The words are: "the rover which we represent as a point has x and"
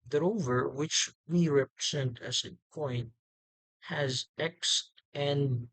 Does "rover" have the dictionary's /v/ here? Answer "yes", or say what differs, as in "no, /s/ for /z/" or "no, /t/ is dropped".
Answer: yes